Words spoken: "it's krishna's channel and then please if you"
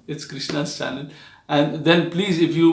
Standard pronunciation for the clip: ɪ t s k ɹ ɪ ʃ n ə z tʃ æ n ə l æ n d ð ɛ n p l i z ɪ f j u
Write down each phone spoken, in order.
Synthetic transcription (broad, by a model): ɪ t s k ɹ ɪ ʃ n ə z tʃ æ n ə n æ n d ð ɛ n p l i z ɪ f j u